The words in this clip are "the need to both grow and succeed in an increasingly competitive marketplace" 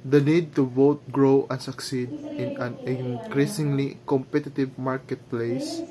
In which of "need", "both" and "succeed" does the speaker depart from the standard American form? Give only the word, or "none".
both